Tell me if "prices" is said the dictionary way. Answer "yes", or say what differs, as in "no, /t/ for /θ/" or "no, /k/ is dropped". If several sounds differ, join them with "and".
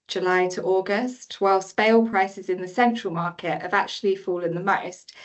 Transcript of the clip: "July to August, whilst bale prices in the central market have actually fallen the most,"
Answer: yes